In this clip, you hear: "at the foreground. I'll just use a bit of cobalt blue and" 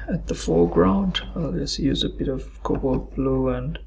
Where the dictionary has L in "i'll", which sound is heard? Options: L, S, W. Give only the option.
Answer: L